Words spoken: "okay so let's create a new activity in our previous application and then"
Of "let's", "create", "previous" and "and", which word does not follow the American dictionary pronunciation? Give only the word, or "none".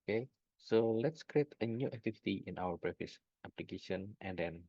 previous